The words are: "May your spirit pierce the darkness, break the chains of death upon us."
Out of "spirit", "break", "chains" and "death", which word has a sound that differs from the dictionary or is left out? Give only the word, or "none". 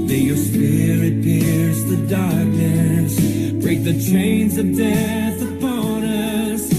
none